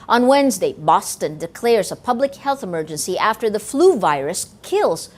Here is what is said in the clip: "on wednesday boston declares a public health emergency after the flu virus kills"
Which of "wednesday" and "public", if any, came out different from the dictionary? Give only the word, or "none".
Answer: none